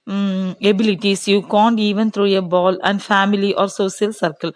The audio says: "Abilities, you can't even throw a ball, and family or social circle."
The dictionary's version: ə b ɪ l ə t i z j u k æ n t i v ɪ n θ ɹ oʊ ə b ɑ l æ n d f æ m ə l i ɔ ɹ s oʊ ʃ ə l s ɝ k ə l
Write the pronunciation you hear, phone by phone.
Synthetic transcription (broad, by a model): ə b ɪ l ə t i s j u k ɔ n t i v ɪ n t ɹ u ə b ɑ l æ n d f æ m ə l i ɔ ɹ s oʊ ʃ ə l s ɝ k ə l